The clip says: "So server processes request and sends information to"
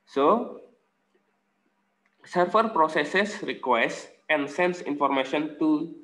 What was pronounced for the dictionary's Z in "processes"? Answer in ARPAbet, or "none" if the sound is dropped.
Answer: S